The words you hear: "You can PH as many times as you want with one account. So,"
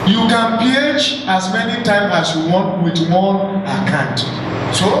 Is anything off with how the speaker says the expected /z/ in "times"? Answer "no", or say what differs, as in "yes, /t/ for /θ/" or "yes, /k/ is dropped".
yes, /z/ is dropped